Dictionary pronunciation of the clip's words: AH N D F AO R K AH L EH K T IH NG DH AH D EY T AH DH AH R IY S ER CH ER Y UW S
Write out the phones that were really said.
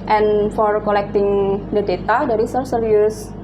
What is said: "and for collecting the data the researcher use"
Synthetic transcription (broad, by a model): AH N F AO R K AH L EH K T IH NG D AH D EY T AH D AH R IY S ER S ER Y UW S